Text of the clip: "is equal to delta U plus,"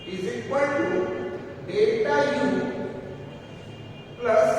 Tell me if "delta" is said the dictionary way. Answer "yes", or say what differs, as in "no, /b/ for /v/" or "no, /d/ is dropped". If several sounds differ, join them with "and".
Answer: no, /l/ is dropped